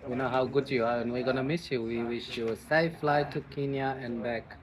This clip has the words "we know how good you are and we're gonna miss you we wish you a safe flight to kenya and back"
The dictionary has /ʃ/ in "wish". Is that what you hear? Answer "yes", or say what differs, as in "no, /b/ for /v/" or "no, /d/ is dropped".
yes